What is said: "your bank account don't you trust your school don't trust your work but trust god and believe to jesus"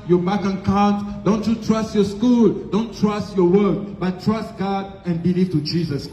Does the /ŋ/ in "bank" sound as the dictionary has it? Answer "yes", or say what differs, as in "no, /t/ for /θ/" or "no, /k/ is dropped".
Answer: no, /ŋ/ is dropped